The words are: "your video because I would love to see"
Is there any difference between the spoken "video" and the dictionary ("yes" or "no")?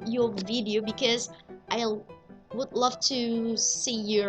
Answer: no